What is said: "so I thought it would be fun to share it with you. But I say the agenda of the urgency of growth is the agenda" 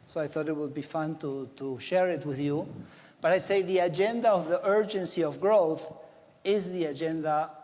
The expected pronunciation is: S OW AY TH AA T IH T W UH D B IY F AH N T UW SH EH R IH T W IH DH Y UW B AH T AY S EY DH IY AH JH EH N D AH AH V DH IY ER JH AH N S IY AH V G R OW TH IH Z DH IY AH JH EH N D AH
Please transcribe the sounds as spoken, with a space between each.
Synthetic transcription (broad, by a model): S OW AY TH AA T IH T W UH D B IY F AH N T UW SH EH R IH T W IH DH Y UW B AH T AY S EY DH IY AH JH EH N D AH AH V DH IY ER JH AH N S IY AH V G R OW TH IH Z DH IY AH JH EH N D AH